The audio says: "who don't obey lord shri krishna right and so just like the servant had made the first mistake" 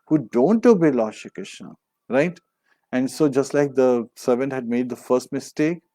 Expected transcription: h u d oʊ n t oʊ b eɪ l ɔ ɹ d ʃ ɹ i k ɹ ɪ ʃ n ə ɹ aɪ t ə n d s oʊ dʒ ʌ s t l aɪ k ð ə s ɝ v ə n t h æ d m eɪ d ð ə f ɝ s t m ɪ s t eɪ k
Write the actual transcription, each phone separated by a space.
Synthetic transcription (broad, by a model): h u d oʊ n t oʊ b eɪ l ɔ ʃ i k ɪ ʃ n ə ɹ aɪ t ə n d s oʊ dʒ ʌ s t l aɪ k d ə s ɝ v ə n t h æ d m eɪ d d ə f ɝ s t m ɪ s t eɪ k